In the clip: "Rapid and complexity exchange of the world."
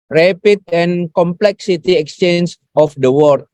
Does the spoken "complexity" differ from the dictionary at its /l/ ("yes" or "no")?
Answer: no